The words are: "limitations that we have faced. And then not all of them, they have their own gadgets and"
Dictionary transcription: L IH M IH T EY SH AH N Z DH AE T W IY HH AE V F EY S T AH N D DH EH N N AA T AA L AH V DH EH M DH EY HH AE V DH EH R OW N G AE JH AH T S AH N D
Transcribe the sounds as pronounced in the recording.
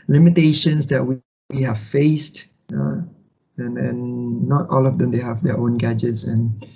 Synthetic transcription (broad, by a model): L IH M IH T EY SH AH N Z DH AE T W IY HH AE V F EY S T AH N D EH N N AA T AA L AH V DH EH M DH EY HH AE V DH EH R OW N G AE JH AH T S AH N